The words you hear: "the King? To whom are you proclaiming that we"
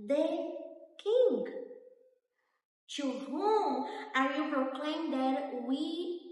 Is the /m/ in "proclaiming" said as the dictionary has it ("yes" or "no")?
no